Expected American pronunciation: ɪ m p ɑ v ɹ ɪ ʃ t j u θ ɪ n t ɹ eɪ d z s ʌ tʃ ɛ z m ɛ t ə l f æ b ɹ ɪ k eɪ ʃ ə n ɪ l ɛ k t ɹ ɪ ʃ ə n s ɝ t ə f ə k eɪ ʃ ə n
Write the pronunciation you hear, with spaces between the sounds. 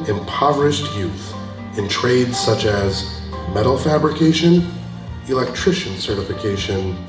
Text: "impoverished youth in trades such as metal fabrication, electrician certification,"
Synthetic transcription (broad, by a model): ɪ m p ɑ v ɹ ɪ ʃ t j u θ ɪ n t ɹ eɪ d z s ʌ tʃ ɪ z m ɛ t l f æ b ɹ ɪ k eɪ ʃ ə n ɪ l ɛ k t ɹ ɪ ʃ ə n s ɝ t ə f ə k eɪ ʃ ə n